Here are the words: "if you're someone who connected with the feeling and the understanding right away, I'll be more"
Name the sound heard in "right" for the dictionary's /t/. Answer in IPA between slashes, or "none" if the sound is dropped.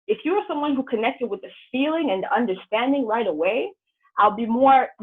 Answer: /t/